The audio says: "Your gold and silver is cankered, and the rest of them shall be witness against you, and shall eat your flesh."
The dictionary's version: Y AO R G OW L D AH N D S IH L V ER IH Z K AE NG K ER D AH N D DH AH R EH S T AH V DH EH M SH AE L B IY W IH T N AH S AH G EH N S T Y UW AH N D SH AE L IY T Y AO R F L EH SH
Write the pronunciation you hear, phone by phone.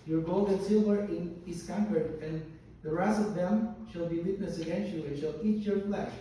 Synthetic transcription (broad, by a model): Y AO R G OW L D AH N S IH L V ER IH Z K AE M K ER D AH N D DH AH R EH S AH V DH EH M SH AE L B IY W IH T N AH S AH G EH N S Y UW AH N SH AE L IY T Y AO R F L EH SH